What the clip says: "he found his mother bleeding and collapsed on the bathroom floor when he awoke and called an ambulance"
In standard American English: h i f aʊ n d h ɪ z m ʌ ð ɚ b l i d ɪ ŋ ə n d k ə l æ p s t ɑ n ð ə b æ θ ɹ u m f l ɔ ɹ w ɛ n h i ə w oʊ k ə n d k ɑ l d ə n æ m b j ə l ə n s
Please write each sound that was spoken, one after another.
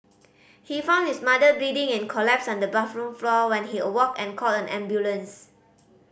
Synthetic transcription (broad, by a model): h i f aʊ n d h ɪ s m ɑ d ɚ i d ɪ ŋ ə n k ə l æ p s ɑ n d ə b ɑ f ɹ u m f l ɔ w ɛ n h i ə w oʊ k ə n k ɑ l ə n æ m b j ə l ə n s